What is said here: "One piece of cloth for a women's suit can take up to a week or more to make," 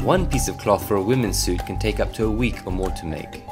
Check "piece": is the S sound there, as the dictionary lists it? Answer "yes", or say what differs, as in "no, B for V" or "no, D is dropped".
yes